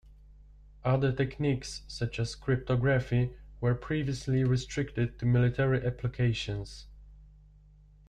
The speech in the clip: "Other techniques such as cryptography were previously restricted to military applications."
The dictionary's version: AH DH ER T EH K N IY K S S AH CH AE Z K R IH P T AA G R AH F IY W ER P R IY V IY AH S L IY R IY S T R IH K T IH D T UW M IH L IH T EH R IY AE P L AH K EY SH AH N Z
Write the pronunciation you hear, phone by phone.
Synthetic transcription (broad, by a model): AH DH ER T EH K N IY K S S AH CH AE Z K R IH P T AA G R AH F IY W ER P R IY V IY AH S L IY R IY S T R IH K T IH D T UW M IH L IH T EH R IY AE P L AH K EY SH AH N S